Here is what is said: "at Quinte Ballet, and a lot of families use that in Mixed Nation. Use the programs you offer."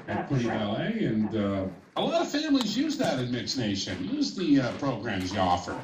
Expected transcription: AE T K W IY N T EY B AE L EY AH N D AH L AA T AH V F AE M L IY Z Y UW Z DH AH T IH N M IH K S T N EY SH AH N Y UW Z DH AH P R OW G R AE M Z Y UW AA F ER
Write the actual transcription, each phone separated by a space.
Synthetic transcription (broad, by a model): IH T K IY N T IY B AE L EY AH N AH AH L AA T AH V F AE M L IY Z Y UW Z DH AH T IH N M IH K S N EY SH AH N Y UW Z DH AH P R OW G R AE M Z Y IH AA F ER